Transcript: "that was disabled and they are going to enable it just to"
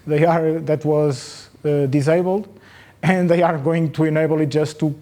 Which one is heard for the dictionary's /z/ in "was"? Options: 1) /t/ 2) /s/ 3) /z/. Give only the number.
3